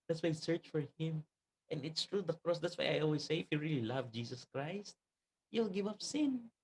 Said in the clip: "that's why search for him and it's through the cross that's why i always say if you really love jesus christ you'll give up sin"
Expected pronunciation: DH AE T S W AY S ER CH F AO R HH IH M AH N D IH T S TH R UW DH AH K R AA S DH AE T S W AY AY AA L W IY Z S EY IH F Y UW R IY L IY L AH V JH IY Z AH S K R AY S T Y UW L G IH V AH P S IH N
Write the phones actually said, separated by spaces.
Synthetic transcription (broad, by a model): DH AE T S W AY S ER CH F AO R HH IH M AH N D IH T S T R UW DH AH K R AA S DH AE T S W AY AY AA L W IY S EY IH F Y UW R IY L IY L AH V JH IY S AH S K R AY S T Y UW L G IH V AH P S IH N